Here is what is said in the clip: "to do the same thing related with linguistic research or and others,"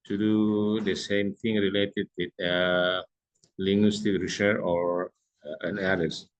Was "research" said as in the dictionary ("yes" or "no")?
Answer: no